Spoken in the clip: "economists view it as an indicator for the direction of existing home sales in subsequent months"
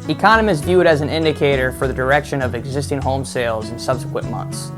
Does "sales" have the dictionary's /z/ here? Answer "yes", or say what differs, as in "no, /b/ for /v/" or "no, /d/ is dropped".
yes